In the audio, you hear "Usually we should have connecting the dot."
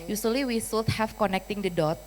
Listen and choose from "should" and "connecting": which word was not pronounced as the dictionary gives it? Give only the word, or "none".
should